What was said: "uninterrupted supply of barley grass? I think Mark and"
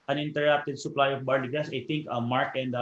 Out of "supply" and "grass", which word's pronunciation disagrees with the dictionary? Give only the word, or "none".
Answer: grass